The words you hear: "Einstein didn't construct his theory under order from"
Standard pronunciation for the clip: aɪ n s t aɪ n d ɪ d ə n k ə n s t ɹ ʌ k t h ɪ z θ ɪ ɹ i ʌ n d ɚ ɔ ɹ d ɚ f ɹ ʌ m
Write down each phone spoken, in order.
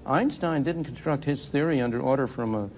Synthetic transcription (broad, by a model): aɪ n s t aɪ n d ɪ d n k n s t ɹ ʌ k t h ɪ z θ ɪ ɹ i ʌ n d ɚ ɔ ɹ d ɚ f ɹ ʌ m